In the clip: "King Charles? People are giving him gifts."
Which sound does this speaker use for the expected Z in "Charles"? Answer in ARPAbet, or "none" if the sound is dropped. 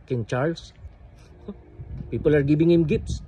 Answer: S